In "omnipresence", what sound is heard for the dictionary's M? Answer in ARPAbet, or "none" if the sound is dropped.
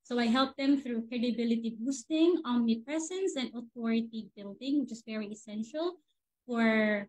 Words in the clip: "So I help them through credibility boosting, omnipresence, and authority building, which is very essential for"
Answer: none